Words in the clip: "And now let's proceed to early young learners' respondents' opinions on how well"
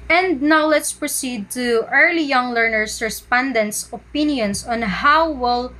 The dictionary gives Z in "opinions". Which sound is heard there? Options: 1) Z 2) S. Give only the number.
2